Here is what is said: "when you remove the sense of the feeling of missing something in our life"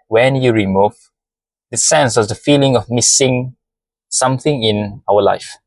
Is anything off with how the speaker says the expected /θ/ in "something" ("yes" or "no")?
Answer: no